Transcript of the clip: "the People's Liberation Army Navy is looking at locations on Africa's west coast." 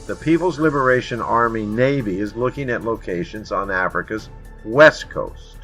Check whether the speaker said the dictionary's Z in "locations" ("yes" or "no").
yes